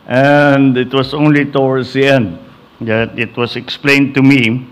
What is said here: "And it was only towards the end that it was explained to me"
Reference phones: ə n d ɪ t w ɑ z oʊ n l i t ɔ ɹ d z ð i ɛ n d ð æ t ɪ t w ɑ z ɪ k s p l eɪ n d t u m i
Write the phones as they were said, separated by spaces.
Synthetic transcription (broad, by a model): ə n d ɪ t w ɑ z oʊ n l i t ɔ w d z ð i ɛ n d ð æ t ɪ t w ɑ s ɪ k s p l eɪ n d t u m i